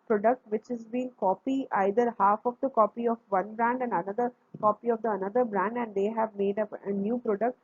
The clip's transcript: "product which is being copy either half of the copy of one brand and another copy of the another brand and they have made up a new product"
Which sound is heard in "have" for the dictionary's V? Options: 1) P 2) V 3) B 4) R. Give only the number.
2